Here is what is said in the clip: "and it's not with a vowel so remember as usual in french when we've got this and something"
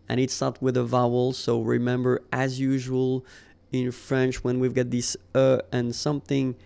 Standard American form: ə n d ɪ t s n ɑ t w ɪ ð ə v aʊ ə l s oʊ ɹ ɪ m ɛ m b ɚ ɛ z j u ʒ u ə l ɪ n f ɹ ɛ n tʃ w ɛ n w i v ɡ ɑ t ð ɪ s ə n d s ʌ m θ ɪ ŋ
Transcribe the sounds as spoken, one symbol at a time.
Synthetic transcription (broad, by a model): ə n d ɪ t s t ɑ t w ɪ ð ə v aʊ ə l s oʊ ɹ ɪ m ɛ m b ɚ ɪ z j u ʒ u ə l ɪ n f ɹ ɛ n tʃ w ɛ n w i v ɡ ɑ t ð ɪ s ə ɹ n s ʌ m θ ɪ ŋ